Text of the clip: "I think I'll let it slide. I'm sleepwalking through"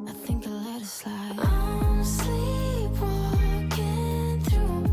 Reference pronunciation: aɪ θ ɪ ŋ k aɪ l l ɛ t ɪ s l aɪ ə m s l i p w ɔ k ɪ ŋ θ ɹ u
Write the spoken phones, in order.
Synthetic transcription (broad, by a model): aɪ θ ɪ ŋ k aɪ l l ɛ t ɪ s l aɪ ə s l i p w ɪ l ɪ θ ɹ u